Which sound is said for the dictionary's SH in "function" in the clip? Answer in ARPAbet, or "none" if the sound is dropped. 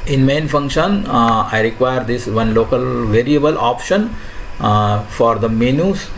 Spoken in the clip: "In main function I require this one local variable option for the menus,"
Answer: SH